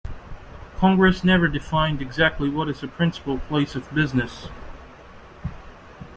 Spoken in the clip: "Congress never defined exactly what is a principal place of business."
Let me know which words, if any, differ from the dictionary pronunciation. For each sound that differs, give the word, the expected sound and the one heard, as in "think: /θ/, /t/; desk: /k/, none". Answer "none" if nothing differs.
none